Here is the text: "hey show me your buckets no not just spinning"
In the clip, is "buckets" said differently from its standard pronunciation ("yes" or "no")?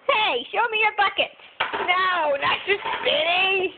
yes